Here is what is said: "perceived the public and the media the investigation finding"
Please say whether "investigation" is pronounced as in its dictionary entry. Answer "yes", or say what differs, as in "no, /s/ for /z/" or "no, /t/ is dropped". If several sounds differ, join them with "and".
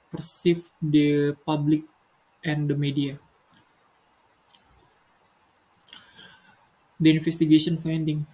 no, /f/ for /v/